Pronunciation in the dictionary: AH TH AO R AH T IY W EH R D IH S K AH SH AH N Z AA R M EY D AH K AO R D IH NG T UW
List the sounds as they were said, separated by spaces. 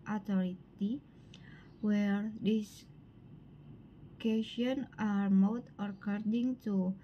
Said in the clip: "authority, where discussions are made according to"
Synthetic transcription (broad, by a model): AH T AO R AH T IY W EH R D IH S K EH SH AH N AA R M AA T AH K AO R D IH NG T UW